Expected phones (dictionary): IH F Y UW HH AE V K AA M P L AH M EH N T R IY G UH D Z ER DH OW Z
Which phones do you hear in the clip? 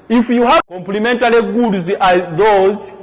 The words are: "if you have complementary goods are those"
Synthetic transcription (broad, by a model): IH F Y UW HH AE K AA M P L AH M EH N T L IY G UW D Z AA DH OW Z